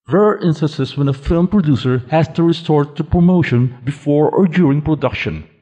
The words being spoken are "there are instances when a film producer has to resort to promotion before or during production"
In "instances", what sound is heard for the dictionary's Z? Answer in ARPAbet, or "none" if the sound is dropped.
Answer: S